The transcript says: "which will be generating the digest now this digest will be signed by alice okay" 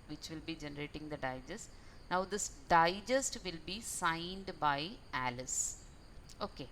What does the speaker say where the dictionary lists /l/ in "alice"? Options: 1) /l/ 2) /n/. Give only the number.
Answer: 1